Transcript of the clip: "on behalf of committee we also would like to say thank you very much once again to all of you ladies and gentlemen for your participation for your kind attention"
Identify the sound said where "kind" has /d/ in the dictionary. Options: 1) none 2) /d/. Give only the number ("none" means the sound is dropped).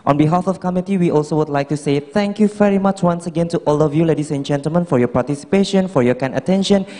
1